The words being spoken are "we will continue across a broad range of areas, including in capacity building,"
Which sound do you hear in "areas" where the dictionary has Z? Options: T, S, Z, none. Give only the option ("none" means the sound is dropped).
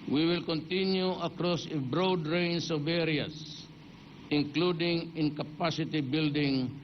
S